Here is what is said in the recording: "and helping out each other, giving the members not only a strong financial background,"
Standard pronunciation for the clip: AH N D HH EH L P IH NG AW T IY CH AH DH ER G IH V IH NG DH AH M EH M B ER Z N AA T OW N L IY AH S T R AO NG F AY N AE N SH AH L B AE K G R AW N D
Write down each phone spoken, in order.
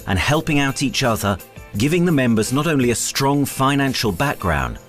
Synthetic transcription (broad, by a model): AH N HH EH L P IH NG AW T IY CH AH DH ER G IH V IH NG DH AH M EH M B ER Z N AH T OW N L IY AH S T R AO NG F AY N AE N SH AH L B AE K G R AW N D